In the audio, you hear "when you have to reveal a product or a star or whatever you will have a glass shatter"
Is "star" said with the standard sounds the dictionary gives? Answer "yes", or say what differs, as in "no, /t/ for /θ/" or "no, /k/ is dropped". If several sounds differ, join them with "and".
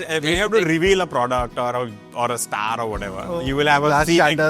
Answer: yes